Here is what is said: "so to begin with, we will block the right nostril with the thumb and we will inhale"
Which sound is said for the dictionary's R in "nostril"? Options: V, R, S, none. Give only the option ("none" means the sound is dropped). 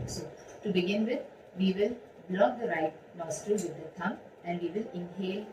none